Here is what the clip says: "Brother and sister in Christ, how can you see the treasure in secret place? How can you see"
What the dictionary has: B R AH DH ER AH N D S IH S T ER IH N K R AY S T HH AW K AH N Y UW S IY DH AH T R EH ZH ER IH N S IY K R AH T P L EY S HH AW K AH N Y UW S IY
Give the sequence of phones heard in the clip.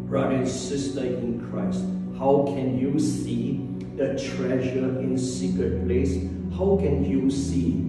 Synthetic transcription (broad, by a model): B R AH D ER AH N S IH S T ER IH N K R AY S T HH AW K AH N Y UW S IY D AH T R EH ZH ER IH N S IY K R AH T P L EY S HH AW K AH N Y UW S IY